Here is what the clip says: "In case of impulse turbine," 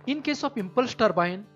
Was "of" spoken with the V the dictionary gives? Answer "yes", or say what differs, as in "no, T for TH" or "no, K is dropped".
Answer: no, P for V